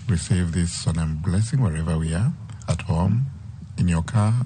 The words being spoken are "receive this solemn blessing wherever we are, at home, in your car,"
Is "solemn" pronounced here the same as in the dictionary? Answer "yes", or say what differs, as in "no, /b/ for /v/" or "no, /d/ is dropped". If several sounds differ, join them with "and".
no, /n/ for /l/